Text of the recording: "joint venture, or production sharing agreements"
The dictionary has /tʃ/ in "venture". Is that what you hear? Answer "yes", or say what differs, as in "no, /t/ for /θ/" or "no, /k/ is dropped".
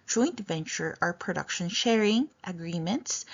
yes